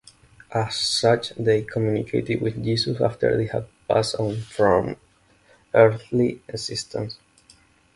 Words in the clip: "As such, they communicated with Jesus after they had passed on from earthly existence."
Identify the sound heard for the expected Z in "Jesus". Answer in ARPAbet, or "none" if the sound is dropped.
S